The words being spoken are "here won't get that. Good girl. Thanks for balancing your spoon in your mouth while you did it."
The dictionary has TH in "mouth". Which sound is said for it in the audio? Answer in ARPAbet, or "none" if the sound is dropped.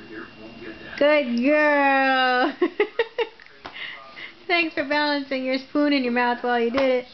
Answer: TH